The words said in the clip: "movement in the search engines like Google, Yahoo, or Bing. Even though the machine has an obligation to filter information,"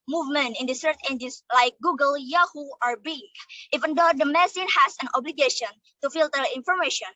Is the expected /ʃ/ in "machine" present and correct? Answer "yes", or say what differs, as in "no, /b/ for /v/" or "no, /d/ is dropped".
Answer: no, /s/ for /ʃ/